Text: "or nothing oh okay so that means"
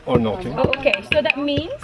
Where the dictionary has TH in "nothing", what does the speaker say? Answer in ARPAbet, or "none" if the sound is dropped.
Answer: T